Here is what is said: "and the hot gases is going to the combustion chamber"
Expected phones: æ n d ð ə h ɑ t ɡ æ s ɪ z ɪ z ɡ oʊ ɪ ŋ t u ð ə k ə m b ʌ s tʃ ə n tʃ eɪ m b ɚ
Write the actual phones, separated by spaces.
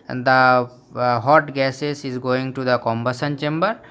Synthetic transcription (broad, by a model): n d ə h ɑ t ɡ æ s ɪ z ɪ z ɡ oʊ ɪ ŋ t u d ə k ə m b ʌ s ə n tʃ eɪ m b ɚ